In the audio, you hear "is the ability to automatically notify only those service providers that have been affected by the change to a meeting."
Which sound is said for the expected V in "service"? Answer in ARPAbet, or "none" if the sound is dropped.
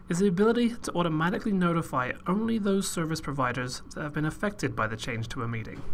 V